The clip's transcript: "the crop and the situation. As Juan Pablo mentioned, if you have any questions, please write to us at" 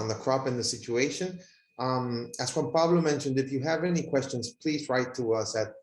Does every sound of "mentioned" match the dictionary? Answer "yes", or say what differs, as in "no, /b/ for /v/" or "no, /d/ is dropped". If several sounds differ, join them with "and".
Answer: yes